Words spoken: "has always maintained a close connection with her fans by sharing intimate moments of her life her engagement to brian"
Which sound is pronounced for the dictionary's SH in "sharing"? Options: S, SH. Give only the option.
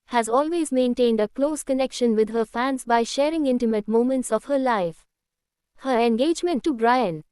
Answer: SH